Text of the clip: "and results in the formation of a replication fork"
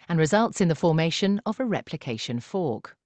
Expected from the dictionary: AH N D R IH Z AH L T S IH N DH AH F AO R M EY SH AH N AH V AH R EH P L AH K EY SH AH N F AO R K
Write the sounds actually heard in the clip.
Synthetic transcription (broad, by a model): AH N R IH Z AH L T S IH N DH AH F AO M EY SH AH N AH V AH R EH P L AH K EY SH AH N F AO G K